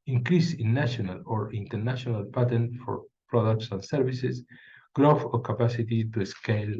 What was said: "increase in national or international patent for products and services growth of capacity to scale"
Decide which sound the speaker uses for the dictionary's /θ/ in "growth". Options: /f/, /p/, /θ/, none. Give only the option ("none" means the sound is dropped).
/f/